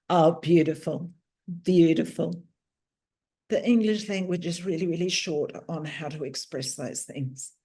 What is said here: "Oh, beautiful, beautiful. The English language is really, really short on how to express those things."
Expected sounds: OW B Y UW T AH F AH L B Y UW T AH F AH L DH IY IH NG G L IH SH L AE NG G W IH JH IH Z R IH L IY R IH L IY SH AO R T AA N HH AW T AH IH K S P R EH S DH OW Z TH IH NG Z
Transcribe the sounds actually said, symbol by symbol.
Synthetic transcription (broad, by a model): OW B Y UW T AH F AH L B Y UW T AH F AH L DH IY IH NG G L IH SH L AE NG G W IH JH IH Z R IH L IY R IH L IY SH AO R T N HH AW T AH IH K S P R EH S DH OW Z TH IH NG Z